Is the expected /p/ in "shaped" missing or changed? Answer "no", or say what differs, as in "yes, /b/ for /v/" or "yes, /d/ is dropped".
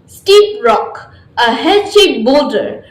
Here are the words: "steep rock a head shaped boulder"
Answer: yes, /p/ is dropped